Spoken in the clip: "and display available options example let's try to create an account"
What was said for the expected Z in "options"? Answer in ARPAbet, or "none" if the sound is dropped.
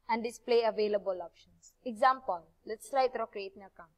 S